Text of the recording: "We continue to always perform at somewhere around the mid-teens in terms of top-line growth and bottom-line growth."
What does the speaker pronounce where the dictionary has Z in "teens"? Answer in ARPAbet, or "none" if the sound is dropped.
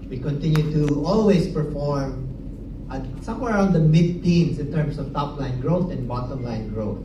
S